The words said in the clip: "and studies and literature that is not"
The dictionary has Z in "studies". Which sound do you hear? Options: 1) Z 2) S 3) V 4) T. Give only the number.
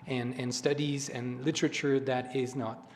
1